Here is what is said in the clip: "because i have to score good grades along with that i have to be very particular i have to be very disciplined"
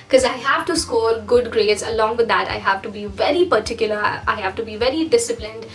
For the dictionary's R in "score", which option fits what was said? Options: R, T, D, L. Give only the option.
L